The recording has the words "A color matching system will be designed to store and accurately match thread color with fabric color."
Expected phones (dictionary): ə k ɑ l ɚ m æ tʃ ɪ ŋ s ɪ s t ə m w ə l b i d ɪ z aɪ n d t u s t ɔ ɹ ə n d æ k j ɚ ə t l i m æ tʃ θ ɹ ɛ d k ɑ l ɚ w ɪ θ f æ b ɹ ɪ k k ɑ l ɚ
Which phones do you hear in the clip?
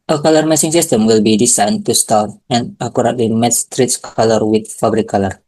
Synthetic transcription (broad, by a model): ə k ɑ l ɚ m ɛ s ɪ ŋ s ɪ s t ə m w ə l b i d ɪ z aɪ n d t u s t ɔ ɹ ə n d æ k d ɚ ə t l i m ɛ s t ɹ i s k ɑ l ɚ w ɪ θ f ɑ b ɹ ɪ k k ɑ l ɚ